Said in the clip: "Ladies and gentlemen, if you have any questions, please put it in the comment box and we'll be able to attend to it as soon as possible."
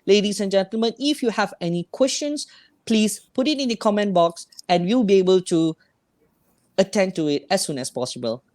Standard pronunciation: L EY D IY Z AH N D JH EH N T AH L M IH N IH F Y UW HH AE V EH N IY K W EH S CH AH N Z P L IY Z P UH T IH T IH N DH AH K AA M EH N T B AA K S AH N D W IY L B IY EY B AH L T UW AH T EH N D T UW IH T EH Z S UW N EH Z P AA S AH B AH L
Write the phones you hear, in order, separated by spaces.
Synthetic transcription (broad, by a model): L EY D IY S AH N JH EH N T AH L M IH N IH F Y UW HH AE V EH N IY K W EH S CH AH N S P L IY S P UH T IH T IH N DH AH K AA M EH N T B AA K S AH N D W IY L B IY EY B AH L T UW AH T EH N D T UW IH T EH S UW N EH S P AA S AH B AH L